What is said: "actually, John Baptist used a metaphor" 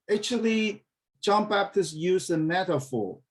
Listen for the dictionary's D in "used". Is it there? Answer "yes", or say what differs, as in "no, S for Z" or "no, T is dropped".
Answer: no, D is dropped